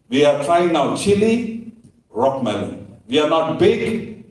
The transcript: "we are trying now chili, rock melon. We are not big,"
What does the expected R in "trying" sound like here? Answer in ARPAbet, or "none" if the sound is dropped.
none